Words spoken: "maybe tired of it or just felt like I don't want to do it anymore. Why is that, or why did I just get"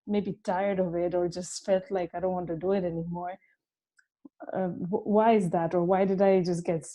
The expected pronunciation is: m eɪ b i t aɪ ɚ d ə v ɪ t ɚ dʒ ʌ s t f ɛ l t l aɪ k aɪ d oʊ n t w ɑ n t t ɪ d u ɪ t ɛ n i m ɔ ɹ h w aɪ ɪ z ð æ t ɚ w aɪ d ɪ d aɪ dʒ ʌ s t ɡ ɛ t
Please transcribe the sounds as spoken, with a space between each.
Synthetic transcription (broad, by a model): m eɪ b i t aɪ ɚ d ə v ɪ t ɚ dʒ ʌ s t f ɛ l t l aɪ k aɪ d oʊ n t w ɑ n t t ɪ d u ɪ t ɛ n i m ɔ ɹ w w aɪ ɪ z ð æ t ɚ w aɪ d ɪ d aɪ dʒ ʌ s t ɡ ɛ t